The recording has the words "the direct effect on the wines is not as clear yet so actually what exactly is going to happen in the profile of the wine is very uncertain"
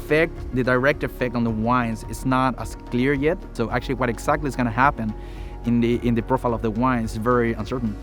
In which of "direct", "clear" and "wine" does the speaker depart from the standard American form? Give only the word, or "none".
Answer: none